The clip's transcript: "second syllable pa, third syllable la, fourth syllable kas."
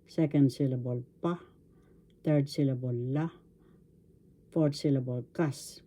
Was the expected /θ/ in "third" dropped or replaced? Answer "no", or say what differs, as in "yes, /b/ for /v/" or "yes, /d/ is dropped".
yes, /t/ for /θ/